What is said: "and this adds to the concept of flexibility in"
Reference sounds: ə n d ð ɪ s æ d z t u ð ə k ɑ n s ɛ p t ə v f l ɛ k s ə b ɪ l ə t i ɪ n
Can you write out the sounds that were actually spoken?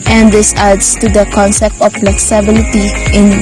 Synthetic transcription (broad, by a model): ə n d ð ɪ s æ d s t u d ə k ɑ n s ɛ p t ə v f l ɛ k s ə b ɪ l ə t i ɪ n